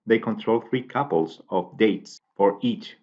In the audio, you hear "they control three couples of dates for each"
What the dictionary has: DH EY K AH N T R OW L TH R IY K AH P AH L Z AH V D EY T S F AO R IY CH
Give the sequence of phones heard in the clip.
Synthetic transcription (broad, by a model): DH EY K AH N T R OW L TH R IY K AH P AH L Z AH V D EY T S F AO R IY CH